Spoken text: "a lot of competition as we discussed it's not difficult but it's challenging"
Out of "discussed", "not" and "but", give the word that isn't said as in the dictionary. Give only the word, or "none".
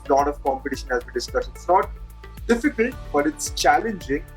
discussed